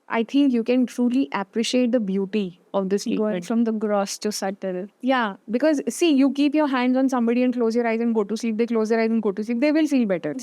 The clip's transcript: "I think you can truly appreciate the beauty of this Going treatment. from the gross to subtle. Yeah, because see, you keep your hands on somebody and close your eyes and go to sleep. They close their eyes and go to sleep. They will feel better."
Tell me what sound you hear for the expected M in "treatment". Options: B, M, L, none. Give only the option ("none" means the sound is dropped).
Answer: none